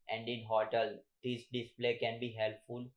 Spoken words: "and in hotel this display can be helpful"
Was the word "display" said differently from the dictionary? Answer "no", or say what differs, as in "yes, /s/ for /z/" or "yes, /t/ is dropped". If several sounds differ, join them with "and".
no